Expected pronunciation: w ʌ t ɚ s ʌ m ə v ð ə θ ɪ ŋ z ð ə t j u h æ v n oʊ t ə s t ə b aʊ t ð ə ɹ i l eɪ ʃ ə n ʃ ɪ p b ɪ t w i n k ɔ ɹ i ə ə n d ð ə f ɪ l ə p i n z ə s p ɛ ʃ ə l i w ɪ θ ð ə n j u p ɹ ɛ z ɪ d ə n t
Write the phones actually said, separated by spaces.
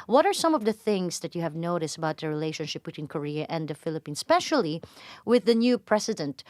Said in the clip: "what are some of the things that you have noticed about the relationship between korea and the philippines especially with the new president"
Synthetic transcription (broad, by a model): w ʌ t ɚ s ʌ m ə v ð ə θ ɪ ŋ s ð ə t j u h æ v n oʊ t ə s t ə b aʊ t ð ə ɹ i l eɪ ʃ ə n ʃ ɪ p b ɪ t w i n k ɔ ɹ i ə ə n d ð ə f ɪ l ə p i n s p ɛ ʃ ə l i w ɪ ð ə n j u p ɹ ɛ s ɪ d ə n t